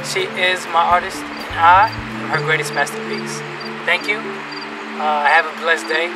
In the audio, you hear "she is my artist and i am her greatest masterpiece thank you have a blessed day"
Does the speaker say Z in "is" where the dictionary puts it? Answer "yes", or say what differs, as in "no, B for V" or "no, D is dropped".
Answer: yes